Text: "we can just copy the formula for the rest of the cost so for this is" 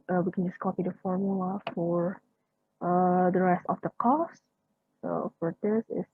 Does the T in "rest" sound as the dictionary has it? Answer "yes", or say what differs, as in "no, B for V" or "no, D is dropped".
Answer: yes